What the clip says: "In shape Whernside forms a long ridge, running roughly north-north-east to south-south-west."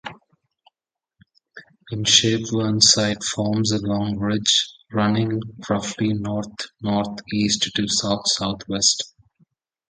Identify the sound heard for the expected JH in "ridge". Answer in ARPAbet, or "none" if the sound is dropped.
JH